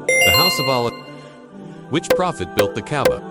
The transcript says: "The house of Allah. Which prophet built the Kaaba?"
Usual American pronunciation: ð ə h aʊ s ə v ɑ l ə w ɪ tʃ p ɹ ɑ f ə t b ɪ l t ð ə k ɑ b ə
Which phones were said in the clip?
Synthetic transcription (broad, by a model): ð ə h aʊ s ə v ɑ l ə w ɪ tʃ p ɹ ɑ f ə t b ɪ l t ð ə k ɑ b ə